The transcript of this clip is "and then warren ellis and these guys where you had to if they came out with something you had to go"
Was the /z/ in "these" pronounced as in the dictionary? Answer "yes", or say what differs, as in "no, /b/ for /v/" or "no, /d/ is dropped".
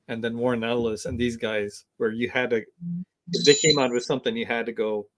yes